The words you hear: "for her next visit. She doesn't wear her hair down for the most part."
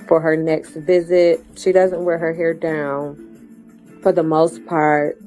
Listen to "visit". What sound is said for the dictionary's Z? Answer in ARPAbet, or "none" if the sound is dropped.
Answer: Z